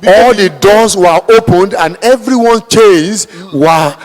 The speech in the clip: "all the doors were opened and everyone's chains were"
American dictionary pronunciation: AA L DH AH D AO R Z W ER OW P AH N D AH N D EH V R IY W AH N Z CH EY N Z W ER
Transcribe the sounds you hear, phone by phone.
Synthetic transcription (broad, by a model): AA L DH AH D AO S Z W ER OW P AH N D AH N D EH V R IY W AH N CH EY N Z W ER